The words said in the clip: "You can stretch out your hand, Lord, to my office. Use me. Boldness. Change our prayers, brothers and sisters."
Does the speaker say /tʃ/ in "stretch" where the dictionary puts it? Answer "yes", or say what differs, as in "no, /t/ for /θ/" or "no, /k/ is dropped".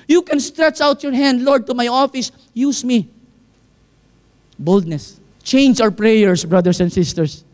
yes